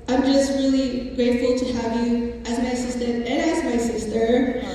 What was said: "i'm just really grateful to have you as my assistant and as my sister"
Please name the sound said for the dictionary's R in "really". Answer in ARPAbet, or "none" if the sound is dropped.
R